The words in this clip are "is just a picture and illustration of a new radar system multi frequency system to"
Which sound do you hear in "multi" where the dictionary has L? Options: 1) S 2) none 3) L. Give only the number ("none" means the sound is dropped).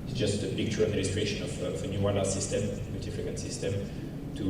2